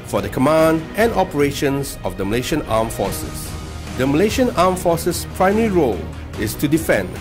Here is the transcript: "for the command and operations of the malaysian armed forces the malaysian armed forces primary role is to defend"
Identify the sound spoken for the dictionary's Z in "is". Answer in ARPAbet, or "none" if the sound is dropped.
S